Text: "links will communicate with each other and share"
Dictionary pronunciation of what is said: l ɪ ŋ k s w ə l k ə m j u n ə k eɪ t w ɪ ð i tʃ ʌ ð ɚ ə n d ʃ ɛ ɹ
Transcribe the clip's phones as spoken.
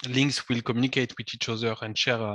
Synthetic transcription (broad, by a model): l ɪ ŋ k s w ə l k ə m j u n ə k eɪ t w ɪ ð i tʃ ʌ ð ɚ ə n d ʃ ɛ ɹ